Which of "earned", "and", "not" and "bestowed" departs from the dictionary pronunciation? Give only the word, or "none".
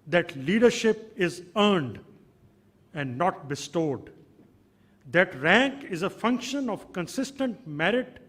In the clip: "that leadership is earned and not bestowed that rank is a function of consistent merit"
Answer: none